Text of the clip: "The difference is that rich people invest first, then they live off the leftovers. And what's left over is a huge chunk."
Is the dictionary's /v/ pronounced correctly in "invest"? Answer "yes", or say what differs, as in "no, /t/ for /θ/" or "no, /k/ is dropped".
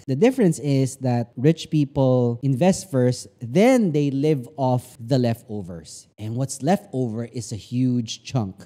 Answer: yes